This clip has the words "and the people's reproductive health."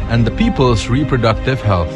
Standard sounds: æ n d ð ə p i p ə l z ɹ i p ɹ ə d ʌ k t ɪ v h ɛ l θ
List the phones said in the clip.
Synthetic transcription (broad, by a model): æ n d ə p i p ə l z ɹ i p ɹ ə d ʌ k t ɪ v h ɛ l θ